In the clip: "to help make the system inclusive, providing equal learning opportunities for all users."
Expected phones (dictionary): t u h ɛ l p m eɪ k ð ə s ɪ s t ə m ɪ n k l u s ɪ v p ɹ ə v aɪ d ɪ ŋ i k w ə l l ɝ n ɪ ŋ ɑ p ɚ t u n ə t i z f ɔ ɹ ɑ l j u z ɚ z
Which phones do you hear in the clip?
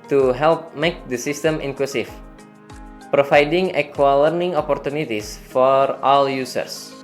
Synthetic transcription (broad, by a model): t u h ɛ l p m eɪ k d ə s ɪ s t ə m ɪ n k l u s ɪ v p ɹ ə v aɪ d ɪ ŋ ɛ k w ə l l ɝ n ɪ ŋ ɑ p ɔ t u n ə t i s f ɔ ɹ ɑ l j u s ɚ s